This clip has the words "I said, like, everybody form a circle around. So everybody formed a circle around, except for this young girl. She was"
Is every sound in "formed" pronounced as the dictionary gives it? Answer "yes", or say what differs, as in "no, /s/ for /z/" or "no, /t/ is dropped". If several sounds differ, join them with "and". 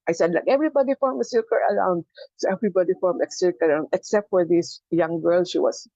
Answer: no, /d/ is dropped